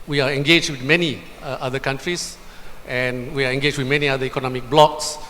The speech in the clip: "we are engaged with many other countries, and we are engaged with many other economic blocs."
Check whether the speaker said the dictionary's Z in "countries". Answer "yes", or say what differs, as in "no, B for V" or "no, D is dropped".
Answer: no, S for Z